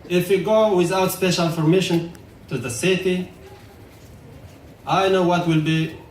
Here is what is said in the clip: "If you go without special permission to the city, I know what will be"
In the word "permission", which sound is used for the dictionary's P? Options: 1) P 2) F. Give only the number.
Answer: 2